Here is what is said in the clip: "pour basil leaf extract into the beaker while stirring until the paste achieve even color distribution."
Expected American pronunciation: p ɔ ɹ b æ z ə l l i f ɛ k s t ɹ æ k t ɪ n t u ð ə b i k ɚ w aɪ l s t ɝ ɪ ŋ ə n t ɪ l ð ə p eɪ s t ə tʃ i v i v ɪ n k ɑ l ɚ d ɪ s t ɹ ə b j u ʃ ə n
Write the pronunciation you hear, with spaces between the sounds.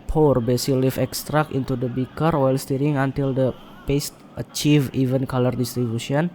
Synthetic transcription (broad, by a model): p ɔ ɹ b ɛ s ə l l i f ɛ k s t ɹ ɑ k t ɪ n t u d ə b i k ɚ w aɪ l s t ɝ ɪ ŋ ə n t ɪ l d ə p eɪ s t ə tʃ i v i v ɪ n k ɑ l ɚ d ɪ s t ɹ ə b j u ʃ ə n